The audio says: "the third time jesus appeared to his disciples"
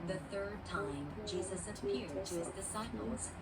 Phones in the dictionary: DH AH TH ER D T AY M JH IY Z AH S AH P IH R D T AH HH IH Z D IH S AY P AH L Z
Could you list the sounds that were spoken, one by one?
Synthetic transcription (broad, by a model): DH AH TH ER D T AY M JH IY Z AH S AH P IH R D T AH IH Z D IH S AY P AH L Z